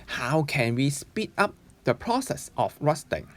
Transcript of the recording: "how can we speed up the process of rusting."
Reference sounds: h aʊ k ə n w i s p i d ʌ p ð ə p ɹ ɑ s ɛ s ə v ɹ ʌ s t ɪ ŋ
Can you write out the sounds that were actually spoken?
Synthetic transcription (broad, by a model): h aʊ k ə n w i s p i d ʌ p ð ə p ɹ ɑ s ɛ s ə f ɹ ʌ s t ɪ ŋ